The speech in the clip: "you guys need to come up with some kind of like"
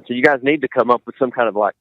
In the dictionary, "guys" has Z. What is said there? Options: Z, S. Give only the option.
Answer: Z